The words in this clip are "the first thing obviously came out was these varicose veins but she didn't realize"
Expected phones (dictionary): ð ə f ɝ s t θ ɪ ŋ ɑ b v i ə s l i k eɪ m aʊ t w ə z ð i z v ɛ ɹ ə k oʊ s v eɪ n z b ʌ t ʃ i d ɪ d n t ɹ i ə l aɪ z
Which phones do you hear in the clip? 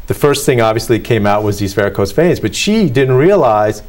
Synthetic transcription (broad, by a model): ð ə f ɝ s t θ ɪ ŋ ɑ b v i ə s l i k eɪ m aʊ t w ə z ð i z f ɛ ɹ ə k oʊ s f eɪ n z b ʌ t ʃ i d ɪ d n t ɹ i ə l aɪ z